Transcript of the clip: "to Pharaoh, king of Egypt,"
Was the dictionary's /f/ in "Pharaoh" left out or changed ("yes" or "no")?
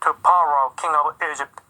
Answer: yes